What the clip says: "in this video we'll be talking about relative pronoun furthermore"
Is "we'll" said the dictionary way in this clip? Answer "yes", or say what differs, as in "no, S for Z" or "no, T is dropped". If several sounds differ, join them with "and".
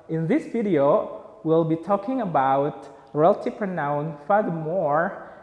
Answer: yes